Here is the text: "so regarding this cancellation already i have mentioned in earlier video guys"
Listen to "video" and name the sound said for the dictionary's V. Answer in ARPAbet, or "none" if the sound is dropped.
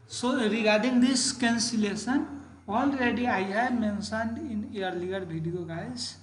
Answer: B